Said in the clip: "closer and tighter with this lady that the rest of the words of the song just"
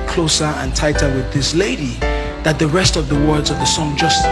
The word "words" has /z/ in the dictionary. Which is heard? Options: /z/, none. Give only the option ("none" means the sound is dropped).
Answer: /z/